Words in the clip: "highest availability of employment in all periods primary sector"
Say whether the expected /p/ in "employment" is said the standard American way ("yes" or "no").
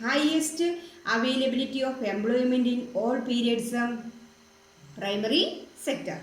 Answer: no